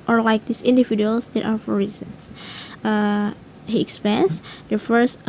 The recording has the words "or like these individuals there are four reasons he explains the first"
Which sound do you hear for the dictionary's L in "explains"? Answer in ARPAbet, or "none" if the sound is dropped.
none